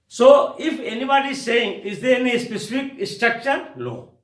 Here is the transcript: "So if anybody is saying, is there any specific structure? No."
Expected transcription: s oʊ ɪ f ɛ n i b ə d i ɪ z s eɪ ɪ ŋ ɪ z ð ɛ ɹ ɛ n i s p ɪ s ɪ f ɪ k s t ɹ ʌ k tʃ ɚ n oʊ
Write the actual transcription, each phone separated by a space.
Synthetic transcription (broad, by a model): s oʊ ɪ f ɛ n i b ə d i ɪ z s eɪ ɪ ŋ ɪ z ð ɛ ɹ ɛ n i s p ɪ s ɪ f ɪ k s t ɹ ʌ k ʃ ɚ n oʊ